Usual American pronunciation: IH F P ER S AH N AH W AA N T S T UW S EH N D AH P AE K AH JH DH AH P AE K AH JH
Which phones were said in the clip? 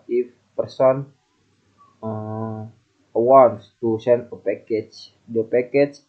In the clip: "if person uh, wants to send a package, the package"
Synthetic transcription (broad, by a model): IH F P ER S AH N AH W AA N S T UW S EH N AH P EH K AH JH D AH P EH K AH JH